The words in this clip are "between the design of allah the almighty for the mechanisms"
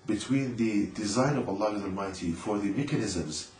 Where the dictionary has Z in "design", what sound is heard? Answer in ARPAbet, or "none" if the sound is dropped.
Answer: Z